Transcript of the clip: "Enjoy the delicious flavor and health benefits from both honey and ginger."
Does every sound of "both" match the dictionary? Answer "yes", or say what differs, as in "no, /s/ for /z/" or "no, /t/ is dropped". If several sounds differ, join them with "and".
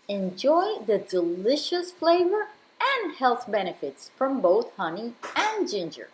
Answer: yes